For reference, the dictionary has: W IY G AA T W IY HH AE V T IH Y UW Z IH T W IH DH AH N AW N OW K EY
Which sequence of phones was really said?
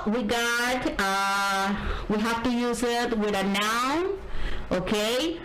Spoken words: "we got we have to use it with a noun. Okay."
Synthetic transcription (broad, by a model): W IY G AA T W IY HH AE F T IH Y UW Z IH T W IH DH AH N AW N OW K EY